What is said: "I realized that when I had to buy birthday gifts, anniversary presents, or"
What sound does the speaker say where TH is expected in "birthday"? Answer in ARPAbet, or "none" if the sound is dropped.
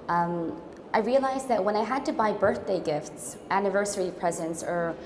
TH